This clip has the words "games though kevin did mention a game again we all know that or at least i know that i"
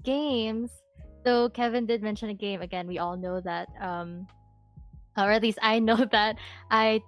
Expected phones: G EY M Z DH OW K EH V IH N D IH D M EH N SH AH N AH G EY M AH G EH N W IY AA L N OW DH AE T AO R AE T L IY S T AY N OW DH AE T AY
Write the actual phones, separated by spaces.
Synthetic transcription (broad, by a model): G EY M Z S OW K EH V IH N D IH D M EH N SH AH N AH G EY M AH G EH N W IY AA L N OW DH AE T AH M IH T L IY S T AY N OW DH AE T AY